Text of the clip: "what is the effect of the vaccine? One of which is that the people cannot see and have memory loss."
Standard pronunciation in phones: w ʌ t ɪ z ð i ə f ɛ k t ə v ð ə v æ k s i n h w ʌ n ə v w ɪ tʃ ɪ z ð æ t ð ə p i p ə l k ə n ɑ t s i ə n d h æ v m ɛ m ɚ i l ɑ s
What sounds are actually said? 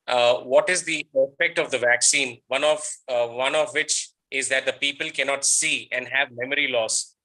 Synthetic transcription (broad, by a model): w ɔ t ɪ z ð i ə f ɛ k t ə v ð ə v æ k s i n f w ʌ n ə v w ɪ tʃ ɪ z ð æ t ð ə p i p ə l k ə n ɑ t s i ə n d h æ v m ɛ m ɚ i l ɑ s